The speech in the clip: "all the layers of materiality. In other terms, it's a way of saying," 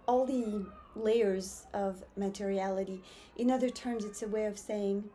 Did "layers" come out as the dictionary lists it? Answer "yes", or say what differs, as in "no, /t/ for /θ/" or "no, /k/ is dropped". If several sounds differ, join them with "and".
yes